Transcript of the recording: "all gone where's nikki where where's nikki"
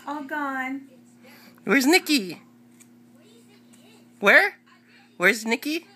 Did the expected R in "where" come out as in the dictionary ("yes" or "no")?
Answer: yes